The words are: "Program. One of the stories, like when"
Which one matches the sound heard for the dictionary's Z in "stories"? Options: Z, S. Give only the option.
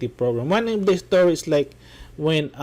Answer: S